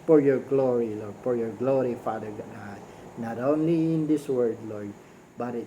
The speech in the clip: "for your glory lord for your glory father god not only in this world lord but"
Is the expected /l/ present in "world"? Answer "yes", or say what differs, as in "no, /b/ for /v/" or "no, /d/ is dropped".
no, /l/ is dropped